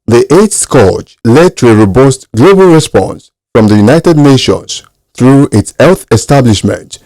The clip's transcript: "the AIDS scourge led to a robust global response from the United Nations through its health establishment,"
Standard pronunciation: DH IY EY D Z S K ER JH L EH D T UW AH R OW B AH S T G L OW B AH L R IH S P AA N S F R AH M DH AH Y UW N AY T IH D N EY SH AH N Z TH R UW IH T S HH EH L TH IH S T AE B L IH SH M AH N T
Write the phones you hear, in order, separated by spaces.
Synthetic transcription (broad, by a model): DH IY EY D S K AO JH L EH D T UW AH R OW B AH S T G L OW B AH L R IH S P AA N S F R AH M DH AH Y UW N AY T IH D N EY SH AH N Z TH R UW IH T S HH EH L TH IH S T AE B L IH SH M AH N T